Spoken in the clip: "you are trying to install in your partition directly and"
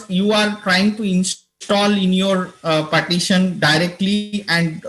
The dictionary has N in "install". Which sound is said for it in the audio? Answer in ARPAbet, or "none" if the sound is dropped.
N